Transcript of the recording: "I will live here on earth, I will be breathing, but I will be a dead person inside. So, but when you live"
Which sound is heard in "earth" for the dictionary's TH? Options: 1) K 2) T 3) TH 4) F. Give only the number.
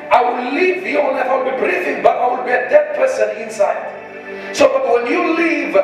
4